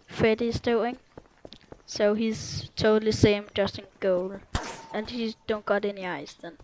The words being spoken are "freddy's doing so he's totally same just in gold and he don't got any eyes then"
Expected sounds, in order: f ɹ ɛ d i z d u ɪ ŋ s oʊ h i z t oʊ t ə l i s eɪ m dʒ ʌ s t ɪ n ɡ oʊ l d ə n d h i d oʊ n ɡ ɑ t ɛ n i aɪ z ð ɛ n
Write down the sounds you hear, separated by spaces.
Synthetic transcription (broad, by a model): f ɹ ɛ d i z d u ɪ ŋ s oʊ h i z t oʊ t l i s eɪ m dʒ ʌ s t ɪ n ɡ oʊ l ə n h i d oʊ n ɡ ɑ t ɛ n i aɪ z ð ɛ n